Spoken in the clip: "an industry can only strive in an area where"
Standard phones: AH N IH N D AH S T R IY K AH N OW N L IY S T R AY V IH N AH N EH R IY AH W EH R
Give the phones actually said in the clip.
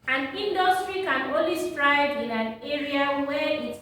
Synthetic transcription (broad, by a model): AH N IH N D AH S T R IY K AH N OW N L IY S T R AY W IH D AH N EH R IY AH W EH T